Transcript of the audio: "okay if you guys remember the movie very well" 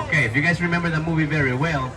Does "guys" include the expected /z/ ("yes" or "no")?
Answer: yes